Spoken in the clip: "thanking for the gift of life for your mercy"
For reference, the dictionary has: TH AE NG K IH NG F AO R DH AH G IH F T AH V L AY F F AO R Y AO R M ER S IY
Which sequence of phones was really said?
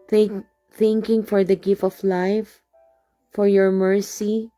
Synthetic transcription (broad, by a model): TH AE NG K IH NG F AO R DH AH G IH F T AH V L AY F F AO R Y AO R M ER S IY